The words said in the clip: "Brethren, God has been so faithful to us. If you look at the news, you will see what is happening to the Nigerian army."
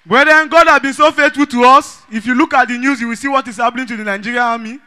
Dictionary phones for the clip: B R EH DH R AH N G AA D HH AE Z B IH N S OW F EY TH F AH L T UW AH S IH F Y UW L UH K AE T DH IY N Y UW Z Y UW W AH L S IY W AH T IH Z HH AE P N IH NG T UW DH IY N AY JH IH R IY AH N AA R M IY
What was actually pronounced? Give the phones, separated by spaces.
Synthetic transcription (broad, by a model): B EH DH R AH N G AA D HH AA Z B IH N S OW F EY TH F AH L T UW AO S IH F Y UW L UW K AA T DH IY N Y UW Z Y UW W AH L S IY W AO T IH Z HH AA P L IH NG T UW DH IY N AY JH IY R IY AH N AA M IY